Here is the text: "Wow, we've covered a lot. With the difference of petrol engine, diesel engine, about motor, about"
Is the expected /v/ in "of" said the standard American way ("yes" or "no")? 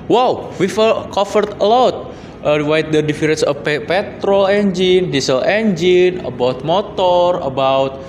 no